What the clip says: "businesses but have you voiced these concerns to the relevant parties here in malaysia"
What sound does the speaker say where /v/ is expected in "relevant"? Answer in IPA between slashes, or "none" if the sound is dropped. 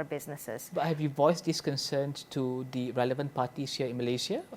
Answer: /v/